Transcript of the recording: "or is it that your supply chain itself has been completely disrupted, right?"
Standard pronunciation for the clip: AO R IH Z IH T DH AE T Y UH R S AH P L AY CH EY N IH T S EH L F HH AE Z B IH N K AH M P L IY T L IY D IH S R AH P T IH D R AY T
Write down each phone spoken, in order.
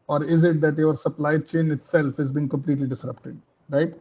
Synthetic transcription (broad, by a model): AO R IH Z IH T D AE T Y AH R S AH P L AY CH EY N IH T S EH L F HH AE Z B IH N K AH M P L IY T L IY D IH S R AH P T IH D R AY T